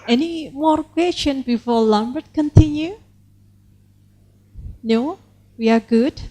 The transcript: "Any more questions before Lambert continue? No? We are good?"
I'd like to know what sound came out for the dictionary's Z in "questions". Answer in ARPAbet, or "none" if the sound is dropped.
none